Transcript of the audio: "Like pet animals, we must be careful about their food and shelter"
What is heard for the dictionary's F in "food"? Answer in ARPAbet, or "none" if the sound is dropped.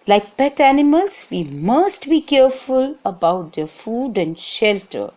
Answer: F